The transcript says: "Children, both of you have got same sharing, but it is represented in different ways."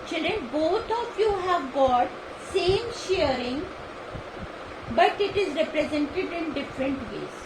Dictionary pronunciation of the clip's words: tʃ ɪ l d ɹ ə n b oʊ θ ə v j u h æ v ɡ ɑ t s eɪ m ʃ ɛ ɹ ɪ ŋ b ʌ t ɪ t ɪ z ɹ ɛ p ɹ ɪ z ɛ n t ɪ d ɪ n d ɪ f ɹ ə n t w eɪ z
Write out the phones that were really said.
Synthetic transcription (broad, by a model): tʃ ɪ l d ɹ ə n b oʊ t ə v j u h æ v ɡ ɑ t s eɪ m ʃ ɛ ɹ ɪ ŋ b ʌ t ɪ t ɪ z ɹ ɛ p ɹ ɪ z ɛ n t ɪ d ɪ n d ɪ f ɹ ə n t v eɪ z